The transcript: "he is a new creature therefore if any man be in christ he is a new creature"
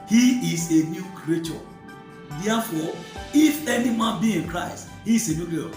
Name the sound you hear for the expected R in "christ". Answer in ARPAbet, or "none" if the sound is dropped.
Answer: R